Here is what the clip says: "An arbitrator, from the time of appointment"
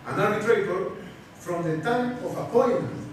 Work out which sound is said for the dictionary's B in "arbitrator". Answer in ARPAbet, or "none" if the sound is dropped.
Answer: none